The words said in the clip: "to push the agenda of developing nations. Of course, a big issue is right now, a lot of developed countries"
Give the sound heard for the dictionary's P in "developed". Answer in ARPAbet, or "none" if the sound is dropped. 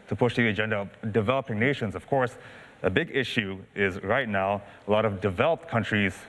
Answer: P